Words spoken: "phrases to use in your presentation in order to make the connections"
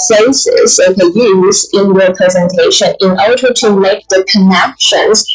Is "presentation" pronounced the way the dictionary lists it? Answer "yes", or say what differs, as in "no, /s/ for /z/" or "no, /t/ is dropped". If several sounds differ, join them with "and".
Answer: yes